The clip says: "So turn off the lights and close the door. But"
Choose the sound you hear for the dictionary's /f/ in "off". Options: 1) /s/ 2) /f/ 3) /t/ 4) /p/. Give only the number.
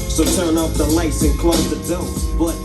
4